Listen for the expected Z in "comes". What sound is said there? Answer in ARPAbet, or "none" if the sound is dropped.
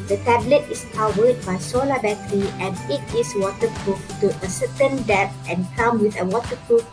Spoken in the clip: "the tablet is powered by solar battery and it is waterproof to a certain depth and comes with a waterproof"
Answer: none